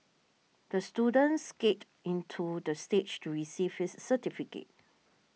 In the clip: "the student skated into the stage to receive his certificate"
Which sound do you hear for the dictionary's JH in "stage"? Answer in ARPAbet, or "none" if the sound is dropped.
CH